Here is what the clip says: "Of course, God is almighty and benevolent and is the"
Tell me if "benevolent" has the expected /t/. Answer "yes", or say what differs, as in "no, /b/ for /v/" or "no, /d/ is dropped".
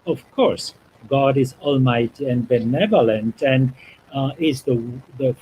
yes